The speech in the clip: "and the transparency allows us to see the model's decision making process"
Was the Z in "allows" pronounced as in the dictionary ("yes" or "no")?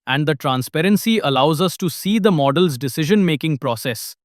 yes